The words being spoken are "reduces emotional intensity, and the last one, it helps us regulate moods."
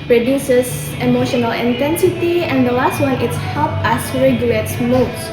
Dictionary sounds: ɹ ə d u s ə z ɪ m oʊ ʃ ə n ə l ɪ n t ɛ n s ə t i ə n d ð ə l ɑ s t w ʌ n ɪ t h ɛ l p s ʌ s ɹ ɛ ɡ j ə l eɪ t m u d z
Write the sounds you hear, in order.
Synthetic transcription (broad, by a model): ɹ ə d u s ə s ɪ m oʊ ʃ ə n ə l ɪ n t ɛ n s ə t i ə n d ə l ɑ s t w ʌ n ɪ t h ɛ l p ʌ s ɹ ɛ ɡ j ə l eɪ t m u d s